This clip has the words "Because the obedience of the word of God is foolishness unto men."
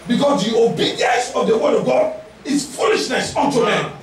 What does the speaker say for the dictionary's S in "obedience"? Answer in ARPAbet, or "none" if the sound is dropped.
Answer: S